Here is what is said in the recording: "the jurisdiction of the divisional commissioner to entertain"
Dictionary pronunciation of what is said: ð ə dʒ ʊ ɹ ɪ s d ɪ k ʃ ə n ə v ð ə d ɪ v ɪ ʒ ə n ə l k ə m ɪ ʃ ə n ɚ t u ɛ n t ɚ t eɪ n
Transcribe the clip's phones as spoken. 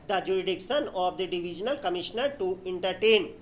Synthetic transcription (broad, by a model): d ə dʒ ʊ ɹ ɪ d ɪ k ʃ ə n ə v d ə d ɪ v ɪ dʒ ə n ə l k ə m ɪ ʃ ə n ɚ t u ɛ n t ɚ t eɪ n